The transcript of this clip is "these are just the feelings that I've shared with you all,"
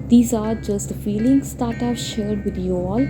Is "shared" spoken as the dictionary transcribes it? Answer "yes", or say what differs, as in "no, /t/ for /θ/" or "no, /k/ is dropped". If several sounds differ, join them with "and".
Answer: yes